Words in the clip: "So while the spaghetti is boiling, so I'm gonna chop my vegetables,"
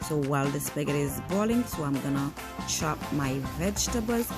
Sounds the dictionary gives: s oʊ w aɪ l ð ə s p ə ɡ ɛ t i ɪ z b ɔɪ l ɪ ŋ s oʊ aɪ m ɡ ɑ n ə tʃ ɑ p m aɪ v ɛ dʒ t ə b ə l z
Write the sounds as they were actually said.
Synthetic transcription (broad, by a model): s oʊ w aɪ l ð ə s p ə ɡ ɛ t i ɪ z b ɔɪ l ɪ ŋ s oʊ aɪ m ɡ ɑ n ə ʃ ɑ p m aɪ v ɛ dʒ t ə b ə l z